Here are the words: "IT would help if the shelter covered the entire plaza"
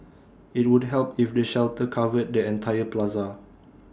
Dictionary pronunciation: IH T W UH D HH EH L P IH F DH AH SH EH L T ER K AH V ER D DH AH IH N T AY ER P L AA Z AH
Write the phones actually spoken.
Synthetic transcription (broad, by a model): IH T W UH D HH EH L P IH F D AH SH EH L T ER K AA V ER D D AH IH N T AY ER P L AA Z AH